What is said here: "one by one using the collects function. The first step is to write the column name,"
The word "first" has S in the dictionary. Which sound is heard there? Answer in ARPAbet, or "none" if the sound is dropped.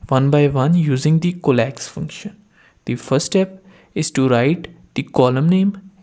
none